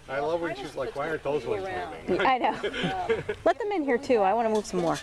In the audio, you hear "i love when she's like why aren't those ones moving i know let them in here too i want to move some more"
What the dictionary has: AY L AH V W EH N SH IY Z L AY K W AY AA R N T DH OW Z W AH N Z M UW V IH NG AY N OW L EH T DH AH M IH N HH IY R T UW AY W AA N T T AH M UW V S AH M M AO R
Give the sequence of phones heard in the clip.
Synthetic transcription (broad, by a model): AY L AH V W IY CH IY L AY K W AY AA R T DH OW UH Z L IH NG AY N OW L EH T DH AH M IH N HH IY R T UW AY W AA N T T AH M UW V S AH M M AO R